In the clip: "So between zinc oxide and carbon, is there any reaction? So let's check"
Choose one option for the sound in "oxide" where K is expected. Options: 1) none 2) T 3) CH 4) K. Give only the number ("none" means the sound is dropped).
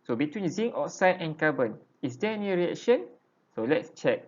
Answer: 1